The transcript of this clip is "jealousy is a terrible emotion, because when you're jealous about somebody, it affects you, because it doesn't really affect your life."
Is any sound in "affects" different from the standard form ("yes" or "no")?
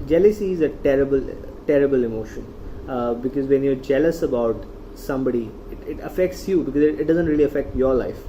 no